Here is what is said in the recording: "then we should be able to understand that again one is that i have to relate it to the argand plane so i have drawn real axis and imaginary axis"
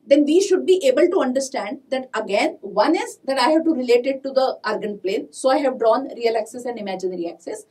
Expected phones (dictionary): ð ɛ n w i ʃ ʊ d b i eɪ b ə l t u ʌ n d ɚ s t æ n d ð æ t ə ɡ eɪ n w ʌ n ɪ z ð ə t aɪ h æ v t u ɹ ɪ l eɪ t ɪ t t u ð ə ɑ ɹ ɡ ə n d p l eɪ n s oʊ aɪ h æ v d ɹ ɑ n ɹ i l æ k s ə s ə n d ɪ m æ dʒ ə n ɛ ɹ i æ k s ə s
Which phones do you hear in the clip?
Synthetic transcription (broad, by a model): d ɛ n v i ʃ ʊ d b i eɪ b ə l t u ʌ n d ɚ s t æ n d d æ t ə ɡ eɪ n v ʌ n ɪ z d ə t aɪ h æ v t u ɹ ɪ l eɪ t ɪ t t u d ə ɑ ɹ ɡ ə n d p l eɪ n s oʊ aɪ h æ v d ɹ ɑ n ɹ i l æ k s ə s ə n d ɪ m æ dʒ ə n ɹ i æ k s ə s